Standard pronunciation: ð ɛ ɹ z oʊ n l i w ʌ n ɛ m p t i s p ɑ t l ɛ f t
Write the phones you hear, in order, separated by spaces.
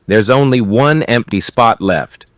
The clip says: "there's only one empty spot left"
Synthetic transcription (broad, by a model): ð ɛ ɹ z oʊ n l i w ʌ n ɛ m p t i s p ɑ t l ɛ f t